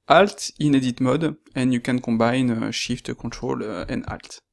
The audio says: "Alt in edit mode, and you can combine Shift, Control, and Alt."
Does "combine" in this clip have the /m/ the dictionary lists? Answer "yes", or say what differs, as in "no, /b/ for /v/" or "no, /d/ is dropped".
no, /m/ is dropped